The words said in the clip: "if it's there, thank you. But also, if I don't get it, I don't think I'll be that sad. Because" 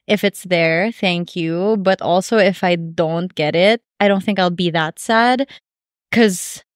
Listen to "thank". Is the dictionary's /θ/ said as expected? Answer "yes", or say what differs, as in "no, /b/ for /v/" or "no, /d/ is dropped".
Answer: yes